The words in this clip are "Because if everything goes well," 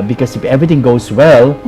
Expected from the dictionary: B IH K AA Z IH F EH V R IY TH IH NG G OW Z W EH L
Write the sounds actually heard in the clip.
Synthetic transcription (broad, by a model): B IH K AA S IH F EH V R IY T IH NG G OW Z W EH L